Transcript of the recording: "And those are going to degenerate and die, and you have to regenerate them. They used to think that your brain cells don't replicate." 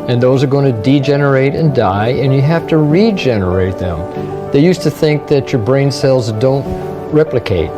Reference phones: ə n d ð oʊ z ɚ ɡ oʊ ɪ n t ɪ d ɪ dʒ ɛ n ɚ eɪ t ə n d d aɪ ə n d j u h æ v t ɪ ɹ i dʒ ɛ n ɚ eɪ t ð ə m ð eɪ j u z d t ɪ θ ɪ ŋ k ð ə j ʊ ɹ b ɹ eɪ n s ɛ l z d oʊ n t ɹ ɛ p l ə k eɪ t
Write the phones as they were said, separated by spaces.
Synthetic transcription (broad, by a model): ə n ð oʊ z ɚ ɡ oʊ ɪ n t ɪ d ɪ dʒ ɛ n ɚ eɪ t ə n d d aɪ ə n j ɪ h æ f t ɪ ɹ i dʒ ɛ n ɚ eɪ t ð ə m ð eɪ j u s t ɪ θ ɪ ŋ k ð ə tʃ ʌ ɹ b ɹ eɪ n s ɛ l z d oʊ n t ɹ ɛ p l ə k eɪ t